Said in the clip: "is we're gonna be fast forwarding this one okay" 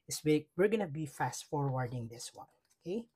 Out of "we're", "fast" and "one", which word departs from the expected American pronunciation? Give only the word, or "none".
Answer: none